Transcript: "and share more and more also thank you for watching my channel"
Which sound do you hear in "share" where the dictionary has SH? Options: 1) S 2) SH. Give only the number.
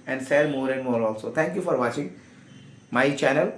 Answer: 1